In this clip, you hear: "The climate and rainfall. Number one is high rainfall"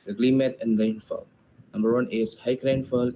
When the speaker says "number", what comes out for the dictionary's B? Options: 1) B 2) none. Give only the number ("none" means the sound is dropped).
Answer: 1